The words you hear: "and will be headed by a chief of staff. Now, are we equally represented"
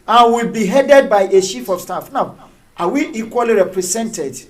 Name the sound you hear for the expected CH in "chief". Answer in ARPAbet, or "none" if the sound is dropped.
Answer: SH